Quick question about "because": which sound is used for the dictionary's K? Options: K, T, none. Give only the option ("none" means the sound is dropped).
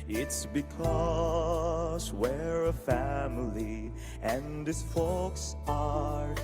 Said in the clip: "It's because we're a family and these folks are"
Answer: K